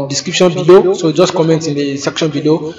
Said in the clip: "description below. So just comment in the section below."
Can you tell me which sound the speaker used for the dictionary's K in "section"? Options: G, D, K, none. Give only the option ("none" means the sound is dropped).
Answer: K